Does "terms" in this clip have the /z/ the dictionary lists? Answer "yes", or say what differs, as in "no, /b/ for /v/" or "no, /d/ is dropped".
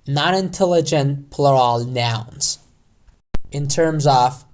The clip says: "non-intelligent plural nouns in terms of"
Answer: yes